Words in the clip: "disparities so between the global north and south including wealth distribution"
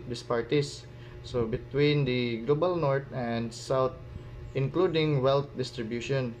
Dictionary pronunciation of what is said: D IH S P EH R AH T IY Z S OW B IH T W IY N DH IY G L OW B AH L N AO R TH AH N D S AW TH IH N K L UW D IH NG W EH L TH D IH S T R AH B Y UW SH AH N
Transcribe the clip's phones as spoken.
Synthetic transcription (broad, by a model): D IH S P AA R T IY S S OW B IH T W IY N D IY G L OW B AH L N AO R T AH N D S AW T IH N K L UW D IH NG W EH L T D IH S T R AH B Y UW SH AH N